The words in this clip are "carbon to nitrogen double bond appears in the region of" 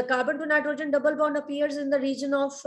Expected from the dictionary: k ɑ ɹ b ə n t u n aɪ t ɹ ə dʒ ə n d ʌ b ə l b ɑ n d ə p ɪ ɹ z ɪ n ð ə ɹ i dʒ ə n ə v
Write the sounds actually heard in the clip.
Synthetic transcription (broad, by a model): k ɑ ɹ b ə n t u n aɪ t ɹ ə dʒ ə n d ʌ b ə l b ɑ n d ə p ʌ ɹ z ɪ n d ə ɹ i dʒ ə n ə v